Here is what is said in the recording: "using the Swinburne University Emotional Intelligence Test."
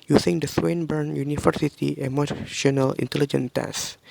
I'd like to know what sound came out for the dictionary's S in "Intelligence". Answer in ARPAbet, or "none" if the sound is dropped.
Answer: none